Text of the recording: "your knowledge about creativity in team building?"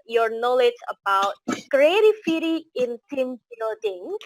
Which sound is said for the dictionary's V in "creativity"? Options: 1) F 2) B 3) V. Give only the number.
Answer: 1